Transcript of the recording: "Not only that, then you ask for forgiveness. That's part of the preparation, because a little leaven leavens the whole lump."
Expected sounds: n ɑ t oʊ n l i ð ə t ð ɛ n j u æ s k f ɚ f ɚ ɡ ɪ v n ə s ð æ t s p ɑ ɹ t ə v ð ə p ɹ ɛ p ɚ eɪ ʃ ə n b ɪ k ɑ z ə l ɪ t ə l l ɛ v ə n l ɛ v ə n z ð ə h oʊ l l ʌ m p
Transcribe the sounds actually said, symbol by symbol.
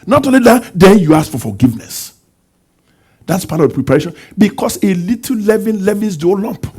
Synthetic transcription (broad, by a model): n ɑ t oʊ n l i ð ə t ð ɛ n j u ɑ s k f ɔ f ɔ ɡ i v n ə s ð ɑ t s p ɑ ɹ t ə v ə p ɹ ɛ p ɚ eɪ ʃ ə n b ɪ k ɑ s ə l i t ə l l ɛ v ə n l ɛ v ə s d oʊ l l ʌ m p